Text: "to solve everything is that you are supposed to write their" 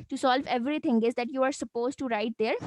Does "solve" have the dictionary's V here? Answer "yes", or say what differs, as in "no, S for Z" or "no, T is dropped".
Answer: yes